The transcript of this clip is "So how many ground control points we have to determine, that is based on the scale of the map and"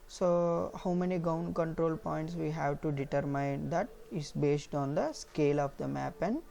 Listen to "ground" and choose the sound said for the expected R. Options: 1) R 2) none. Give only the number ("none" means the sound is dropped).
2